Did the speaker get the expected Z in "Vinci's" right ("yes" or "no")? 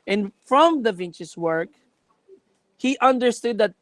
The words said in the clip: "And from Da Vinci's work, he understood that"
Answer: no